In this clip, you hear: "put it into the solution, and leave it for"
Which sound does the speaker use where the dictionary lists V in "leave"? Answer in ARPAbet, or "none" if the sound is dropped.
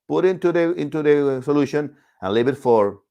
B